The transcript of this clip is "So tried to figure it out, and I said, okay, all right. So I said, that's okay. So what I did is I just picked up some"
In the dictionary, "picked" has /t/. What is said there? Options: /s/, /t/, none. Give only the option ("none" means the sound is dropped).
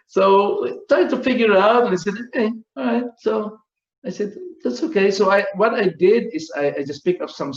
none